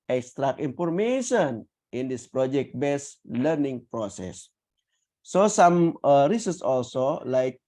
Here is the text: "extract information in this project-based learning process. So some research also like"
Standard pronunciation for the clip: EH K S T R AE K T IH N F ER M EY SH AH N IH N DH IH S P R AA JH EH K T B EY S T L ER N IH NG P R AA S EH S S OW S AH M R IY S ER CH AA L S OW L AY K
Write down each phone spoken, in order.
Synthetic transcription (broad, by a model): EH K S T R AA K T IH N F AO M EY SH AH N IH N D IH S P R AA JH EH K T B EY S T L ER N IH NG P R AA S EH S S OW S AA M R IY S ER S AA L S OW L AY K